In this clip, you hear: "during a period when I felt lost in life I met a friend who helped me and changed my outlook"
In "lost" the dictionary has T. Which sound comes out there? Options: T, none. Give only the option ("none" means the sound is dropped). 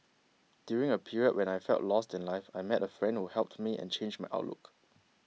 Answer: T